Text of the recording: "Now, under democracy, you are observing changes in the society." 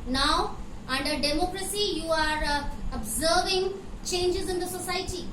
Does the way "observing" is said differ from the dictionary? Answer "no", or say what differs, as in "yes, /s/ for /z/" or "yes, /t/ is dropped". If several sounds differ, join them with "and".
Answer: no